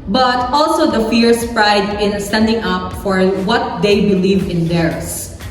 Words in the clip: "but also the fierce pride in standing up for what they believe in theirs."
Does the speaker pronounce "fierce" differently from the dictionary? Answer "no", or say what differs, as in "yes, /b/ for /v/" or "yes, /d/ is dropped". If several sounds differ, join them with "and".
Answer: no